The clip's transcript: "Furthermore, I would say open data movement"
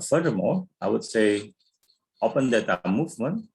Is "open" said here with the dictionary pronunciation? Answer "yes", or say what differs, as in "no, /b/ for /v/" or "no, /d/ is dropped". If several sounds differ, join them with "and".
yes